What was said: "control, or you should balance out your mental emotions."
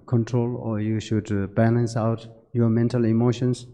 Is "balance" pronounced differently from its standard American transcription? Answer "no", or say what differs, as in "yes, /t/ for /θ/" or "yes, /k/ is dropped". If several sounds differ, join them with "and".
no